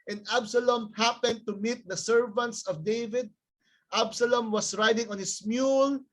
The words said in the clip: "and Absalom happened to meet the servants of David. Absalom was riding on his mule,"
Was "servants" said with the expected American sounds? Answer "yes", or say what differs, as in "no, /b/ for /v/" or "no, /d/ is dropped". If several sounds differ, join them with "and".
yes